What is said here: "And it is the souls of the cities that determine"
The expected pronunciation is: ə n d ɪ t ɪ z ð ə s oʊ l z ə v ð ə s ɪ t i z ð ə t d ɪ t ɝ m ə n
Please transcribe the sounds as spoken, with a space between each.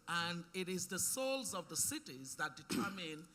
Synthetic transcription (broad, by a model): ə n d ɪ t ɪ z ð ə s oʊ l z ə v ð ə s ɪ t i z ð ə t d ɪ t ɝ m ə n